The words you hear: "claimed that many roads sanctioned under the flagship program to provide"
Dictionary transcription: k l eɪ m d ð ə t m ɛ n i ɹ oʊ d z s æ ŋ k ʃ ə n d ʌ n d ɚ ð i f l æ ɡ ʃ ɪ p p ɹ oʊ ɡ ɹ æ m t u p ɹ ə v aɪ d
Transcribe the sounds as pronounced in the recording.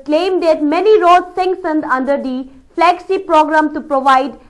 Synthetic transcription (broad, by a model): k l eɪ m d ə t m ɛ n i ɹ oʊ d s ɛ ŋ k s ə n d ʌ n d ɚ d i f l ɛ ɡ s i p p ɹ oʊ ɡ ɹ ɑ m t u p ɹ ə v aɪ d